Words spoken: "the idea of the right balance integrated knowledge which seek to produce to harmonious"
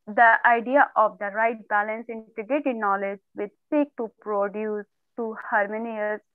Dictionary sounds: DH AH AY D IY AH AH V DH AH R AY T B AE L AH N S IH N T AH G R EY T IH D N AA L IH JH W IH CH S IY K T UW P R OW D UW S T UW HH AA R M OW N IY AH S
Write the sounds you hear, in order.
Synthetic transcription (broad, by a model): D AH AY D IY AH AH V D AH R AY T B AE L AH N S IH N T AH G EY T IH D N AA L IH JH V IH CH S IY K T UW P R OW D UW S T UW HH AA R M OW N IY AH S